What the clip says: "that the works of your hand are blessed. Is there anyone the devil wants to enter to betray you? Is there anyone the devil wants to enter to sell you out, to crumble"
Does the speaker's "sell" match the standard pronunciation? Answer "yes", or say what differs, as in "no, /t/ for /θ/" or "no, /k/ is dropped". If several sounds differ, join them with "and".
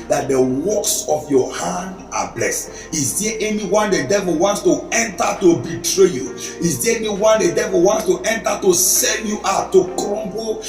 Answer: no, /n/ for /l/